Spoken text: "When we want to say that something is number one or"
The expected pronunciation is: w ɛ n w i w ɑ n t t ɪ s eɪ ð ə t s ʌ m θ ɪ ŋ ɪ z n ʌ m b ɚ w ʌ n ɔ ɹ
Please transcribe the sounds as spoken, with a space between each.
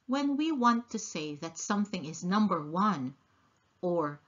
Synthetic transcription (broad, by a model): w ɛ n w i w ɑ n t t ɪ s eɪ ð ə t s ʌ m θ ɪ ŋ ɪ z n ʌ m b ɚ w ʌ n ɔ ɹ